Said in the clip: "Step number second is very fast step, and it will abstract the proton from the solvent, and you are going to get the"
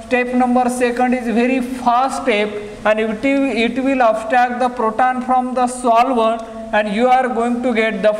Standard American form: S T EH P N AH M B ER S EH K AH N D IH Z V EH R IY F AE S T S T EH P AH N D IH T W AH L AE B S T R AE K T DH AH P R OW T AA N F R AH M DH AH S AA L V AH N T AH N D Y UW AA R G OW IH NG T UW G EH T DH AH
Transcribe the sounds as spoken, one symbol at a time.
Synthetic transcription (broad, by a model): T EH P N AH M B ER S EH K AH N D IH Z V EH R IY F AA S S T EH P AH N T IH T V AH L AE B S T AE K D AH P R OW T AA N F R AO M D AH S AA L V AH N AH N D Y UW AA R G OW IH NG T UW G EH T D AH